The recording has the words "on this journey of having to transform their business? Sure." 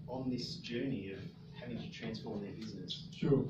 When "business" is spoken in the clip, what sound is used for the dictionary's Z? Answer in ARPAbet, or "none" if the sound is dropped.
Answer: Z